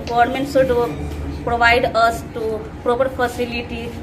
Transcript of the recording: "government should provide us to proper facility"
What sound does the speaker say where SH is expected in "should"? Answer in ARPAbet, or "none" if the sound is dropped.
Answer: S